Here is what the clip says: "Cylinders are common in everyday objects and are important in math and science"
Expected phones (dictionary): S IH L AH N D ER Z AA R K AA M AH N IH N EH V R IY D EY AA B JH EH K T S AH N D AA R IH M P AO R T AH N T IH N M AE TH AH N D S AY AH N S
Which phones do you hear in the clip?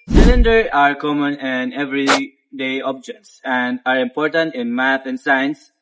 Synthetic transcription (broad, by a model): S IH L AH N D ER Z AA R K AA M AH N IH N EH V R IY D EY AA B JH EH K T S AH N D AA R IH M P AO R T AH N T IH N M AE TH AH N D S AY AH N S